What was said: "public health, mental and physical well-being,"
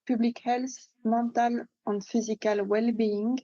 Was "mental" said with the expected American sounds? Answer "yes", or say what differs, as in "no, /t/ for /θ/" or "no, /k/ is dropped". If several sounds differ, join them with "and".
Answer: no, /n/ is dropped